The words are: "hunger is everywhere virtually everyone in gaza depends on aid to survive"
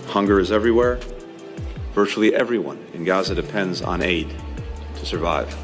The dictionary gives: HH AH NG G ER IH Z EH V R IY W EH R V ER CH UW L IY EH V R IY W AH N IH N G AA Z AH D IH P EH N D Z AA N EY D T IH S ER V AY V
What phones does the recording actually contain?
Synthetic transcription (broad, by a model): HH AH NG G ER IH Z EH V R IY W EH R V ER CH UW L IY EH V R IY W AH N IH N G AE Z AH D IH P EH N D Z N EY D T IH S ER V AY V